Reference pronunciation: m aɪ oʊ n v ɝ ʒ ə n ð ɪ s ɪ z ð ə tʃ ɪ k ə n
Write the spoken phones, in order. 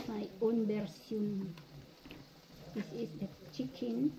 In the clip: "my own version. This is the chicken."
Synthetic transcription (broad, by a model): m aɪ oʊ n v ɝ s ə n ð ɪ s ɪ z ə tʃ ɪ k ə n